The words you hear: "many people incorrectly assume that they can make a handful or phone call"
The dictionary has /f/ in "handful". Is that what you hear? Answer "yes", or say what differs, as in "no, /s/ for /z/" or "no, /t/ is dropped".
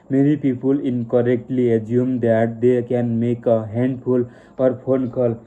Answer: no, /p/ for /f/